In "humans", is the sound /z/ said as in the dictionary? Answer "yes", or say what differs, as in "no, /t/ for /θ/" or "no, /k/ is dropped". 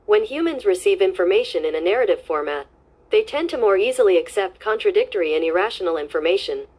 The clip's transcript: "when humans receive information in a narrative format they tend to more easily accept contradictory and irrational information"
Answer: yes